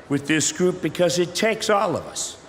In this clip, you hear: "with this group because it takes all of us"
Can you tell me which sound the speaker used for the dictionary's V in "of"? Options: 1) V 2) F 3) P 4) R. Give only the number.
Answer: 1